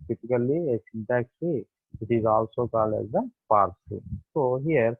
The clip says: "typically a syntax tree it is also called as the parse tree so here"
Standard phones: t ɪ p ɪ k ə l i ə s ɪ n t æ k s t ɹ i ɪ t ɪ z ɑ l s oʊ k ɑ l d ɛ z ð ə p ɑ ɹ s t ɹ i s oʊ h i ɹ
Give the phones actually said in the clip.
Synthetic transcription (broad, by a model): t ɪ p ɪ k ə l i ə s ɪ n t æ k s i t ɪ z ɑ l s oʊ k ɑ l ɛ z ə p ɑ ɹ s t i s oʊ h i ɹ